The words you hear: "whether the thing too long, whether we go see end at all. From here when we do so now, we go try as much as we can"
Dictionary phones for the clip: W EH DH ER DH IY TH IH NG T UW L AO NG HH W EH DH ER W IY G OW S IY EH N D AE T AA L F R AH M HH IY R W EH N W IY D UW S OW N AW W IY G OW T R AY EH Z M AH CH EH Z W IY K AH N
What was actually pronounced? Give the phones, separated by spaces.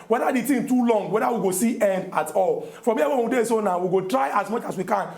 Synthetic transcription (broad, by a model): W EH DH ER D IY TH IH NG T UW L AO NG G W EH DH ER W IY G OW S IY EH N D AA T AA L F R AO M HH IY W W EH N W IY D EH S OW N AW W IY G OW T R AY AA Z M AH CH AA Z W IY K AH N